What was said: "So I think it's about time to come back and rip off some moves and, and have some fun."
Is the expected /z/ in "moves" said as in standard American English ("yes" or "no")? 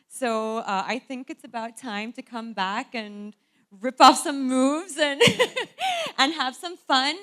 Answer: yes